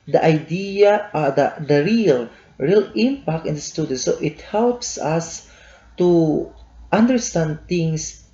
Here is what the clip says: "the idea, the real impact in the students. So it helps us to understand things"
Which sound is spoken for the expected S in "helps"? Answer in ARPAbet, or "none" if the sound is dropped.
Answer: S